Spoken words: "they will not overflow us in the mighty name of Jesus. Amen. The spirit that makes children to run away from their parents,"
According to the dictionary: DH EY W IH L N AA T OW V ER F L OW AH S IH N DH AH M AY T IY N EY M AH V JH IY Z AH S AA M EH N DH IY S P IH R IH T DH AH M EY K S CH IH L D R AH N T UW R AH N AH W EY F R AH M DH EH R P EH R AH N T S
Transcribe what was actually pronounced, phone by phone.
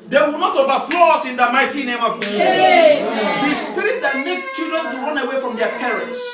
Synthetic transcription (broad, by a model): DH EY W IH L N AA T OW V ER P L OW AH S IH N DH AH M AY T IY N EY M AH V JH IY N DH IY S P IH R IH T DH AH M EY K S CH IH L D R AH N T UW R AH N AH W EY F R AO M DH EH P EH R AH N T S